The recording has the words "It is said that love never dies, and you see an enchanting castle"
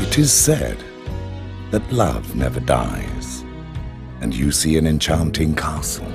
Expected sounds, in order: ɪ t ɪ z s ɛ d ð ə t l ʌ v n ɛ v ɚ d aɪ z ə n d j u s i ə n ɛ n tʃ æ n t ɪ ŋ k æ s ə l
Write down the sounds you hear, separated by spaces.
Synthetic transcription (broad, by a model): ɪ t ɪ z s ɛ d ð ə t l ʌ v n ɛ v ɚ d aɪ z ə n j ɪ s i ə n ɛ n tʃ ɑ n t ɪ ŋ k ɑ s l